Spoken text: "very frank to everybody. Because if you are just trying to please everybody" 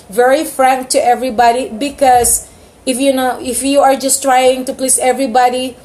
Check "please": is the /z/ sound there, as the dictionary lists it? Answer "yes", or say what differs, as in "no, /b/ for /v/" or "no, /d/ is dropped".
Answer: no, /s/ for /z/